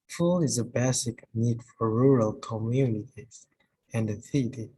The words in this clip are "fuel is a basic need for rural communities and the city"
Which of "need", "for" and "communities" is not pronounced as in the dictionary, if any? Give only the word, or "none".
none